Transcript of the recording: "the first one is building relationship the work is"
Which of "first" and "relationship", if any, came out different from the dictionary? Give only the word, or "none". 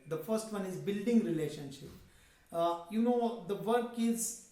none